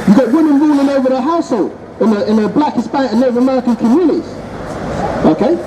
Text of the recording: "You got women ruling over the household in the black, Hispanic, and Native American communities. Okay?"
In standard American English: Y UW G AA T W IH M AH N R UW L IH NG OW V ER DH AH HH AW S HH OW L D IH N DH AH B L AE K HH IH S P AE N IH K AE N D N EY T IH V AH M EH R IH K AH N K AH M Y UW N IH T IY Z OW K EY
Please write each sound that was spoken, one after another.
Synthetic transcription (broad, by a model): Y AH G AA T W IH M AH N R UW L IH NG OW V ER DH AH HH AW S HH OW L D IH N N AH B L AE K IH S B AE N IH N N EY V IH AH M EH R IH K AH N K AH M Y UW N IH T IY Z OW K EY